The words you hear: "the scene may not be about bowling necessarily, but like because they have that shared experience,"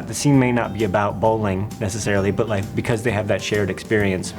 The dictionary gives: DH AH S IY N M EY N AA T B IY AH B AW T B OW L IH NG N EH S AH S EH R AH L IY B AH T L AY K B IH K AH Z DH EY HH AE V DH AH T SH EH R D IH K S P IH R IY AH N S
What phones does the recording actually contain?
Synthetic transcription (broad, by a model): DH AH S IY N M EY N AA T B IY AH B AW T B OW L IH NG N EH S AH S EH R L IY B AH T L AY K B IH K AH Z DH EY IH V DH AH T SH EH R D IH K S P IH R IY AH N S